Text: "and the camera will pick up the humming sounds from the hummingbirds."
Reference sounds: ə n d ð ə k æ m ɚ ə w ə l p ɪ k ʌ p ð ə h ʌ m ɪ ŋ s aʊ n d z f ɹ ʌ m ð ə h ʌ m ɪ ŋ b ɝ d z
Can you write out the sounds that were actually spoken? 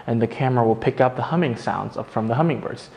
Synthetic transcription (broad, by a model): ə n ð ə k æ m ɚ ə w ə l p ɪ k ʌ p ð ə h ʌ m ɪ ŋ s aʊ n d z f ɹ ʌ m ð ə h ʌ m ɪ ŋ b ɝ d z